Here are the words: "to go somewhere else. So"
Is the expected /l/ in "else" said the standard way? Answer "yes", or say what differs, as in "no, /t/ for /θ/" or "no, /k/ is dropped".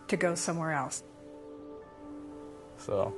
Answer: yes